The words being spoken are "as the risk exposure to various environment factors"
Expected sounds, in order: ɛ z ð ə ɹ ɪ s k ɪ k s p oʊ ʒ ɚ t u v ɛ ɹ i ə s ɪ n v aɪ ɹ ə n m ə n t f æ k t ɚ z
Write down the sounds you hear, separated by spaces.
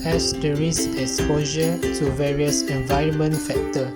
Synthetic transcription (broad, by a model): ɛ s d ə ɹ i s ɪ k s p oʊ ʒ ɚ t u v ɛ ɹ i ə s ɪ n v aɪ ɹ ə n m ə n t f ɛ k t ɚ